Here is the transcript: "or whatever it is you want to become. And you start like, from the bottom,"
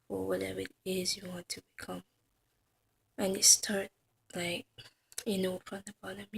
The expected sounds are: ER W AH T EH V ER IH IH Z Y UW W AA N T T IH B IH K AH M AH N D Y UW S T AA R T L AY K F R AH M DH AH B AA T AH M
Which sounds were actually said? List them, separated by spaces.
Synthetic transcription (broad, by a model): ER W AH T EH V ER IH IH Z Y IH W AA N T T IH B IH K AH M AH N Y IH S T AA R T L AY K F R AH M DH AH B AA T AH M